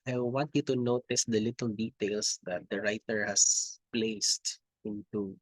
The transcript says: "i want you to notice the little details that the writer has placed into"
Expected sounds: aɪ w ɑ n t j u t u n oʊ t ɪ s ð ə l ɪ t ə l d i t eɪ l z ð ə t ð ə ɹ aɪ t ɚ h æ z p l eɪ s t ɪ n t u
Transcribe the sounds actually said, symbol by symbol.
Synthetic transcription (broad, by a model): aɪ w ɑ n t j u t u n oʊ t ɪ s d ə l ɪ t ə l d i t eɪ l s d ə t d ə ɹ aɪ t ɚ h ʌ s p l eɪ s t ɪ n t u